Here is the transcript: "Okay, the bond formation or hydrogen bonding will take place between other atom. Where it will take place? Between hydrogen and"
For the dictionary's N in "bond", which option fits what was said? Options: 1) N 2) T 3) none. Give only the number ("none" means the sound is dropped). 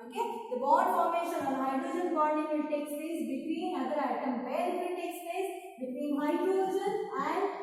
3